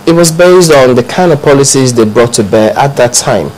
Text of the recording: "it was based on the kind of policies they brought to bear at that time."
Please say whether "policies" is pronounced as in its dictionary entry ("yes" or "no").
yes